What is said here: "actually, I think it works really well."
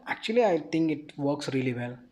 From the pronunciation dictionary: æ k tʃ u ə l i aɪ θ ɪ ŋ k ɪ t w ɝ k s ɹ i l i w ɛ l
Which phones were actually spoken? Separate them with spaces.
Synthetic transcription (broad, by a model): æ k tʃ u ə l i aɪ t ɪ ŋ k ɪ t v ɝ k s ɹ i l i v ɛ l